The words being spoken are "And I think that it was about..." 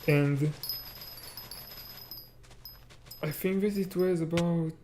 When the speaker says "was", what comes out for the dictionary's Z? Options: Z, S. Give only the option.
Z